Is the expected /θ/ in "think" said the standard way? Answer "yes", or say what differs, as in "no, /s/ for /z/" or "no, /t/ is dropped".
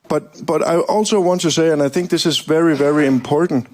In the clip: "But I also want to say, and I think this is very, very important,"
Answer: yes